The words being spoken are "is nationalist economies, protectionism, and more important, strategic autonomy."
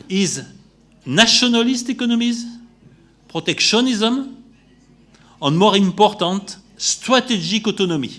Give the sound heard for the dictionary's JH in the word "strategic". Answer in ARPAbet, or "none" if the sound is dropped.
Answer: ZH